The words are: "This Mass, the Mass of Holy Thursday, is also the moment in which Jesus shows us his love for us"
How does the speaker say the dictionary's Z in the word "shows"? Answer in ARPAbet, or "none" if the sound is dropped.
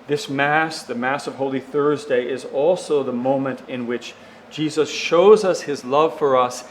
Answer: Z